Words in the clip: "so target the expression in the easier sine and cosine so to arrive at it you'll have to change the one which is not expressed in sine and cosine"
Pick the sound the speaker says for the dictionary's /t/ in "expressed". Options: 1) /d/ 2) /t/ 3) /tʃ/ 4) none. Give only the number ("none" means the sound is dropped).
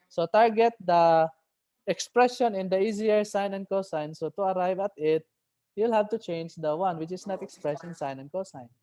4